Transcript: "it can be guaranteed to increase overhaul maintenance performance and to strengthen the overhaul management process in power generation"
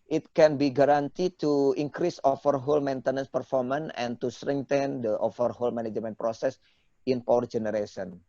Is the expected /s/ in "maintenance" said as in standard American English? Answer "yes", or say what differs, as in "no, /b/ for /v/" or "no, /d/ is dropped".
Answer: yes